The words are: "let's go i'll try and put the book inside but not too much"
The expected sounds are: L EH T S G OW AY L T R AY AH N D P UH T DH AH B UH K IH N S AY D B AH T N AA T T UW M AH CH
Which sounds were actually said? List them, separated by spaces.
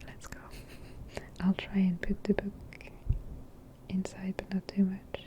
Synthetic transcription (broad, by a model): L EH T S G OW AY L T R AY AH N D P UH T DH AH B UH K IH N S AY D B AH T N AA T T UW M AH CH